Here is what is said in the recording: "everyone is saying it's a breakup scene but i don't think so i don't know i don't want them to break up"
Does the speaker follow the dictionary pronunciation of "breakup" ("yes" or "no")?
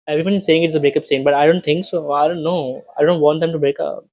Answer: yes